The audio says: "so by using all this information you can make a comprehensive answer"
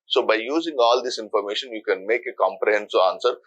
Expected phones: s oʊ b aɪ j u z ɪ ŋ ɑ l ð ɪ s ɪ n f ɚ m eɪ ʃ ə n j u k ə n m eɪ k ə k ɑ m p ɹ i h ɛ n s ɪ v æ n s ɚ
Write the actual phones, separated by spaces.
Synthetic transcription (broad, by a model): s oʊ b aɪ j u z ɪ ŋ ɑ l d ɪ s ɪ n f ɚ m eɪ ʃ ə n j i k ə n m eɪ k ə k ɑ m p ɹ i h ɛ n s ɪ ɑ n s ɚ